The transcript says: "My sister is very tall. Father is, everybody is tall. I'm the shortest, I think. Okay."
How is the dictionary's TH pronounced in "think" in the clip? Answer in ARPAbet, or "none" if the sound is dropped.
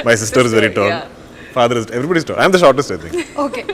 T